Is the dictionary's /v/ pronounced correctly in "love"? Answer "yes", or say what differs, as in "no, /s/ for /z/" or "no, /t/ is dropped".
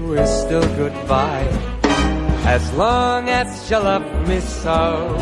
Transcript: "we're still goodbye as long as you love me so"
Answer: no, /p/ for /v/